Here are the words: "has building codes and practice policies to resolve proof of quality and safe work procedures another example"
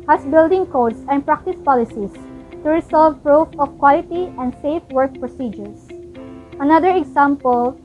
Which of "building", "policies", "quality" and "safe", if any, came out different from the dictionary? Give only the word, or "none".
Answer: policies